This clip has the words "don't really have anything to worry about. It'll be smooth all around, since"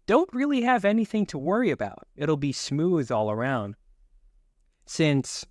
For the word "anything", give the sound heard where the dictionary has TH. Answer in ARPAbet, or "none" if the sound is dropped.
TH